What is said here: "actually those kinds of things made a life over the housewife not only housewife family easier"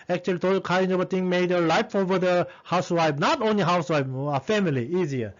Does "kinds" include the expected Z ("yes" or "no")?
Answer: no